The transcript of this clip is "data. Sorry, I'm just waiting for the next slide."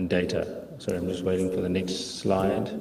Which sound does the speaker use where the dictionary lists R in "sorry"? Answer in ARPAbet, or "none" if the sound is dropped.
none